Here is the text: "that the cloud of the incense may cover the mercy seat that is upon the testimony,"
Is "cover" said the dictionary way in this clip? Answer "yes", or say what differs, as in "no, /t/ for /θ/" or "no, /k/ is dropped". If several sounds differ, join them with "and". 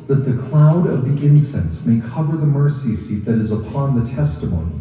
yes